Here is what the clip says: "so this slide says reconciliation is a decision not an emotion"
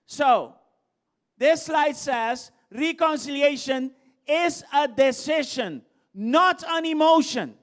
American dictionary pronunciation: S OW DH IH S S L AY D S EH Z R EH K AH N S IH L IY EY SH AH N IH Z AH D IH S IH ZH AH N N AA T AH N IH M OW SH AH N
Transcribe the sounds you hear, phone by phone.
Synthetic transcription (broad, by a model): S OW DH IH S S L AY D S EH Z R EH K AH N S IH L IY EY SH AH N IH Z AH D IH S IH SH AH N N AA T AH N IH M OW SH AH N